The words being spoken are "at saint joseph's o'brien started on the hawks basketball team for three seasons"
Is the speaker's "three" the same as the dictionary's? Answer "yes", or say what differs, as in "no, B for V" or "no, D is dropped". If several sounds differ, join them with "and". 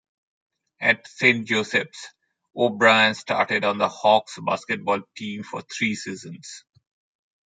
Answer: no, T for TH